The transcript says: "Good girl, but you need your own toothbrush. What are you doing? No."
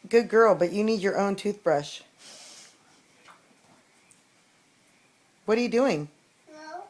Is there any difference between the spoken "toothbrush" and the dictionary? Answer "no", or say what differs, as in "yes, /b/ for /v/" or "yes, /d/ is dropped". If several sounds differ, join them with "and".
no